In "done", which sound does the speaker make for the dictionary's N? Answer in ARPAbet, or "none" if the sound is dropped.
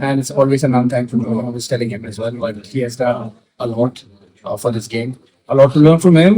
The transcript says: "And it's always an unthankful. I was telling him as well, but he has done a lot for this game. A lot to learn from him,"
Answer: none